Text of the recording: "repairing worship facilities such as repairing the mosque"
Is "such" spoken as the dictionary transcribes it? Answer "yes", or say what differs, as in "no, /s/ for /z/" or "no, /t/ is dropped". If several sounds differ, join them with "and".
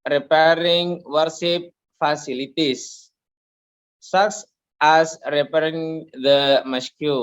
no, /s/ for /tʃ/